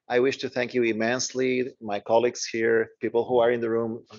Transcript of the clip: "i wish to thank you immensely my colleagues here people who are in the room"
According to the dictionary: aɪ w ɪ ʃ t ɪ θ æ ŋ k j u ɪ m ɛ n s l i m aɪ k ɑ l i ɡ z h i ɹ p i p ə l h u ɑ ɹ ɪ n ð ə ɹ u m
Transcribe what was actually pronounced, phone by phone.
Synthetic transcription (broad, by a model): aɪ w ɪ ʃ t ɪ θ æ ŋ k j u ɪ m ɛ n s l i m aɪ k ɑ l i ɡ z h i ɹ p i p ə l h u ɑ ɹ ɪ n ð ə ɹ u m